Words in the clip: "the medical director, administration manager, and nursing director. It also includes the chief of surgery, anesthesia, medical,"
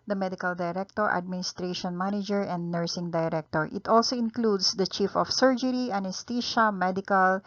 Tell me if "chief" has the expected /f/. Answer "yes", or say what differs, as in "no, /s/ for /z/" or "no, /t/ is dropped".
yes